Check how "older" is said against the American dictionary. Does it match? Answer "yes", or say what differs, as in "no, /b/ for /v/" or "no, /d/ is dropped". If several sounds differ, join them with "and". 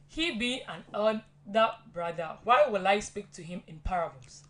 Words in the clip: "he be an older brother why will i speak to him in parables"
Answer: no, /l/ is dropped